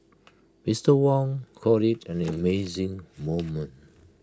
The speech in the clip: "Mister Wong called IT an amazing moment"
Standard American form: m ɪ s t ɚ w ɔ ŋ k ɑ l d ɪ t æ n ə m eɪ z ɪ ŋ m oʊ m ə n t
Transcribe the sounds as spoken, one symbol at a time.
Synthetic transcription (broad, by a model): m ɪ s t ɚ w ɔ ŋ k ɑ d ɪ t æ n ə m eɪ z ɪ ŋ m oʊ m ə n t